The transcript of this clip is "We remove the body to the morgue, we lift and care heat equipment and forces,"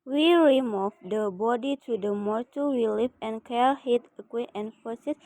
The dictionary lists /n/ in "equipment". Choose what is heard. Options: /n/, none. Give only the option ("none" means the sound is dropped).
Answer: none